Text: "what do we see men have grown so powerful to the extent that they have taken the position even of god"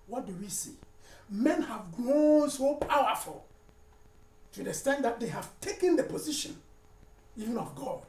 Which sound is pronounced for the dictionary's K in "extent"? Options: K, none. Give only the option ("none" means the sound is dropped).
none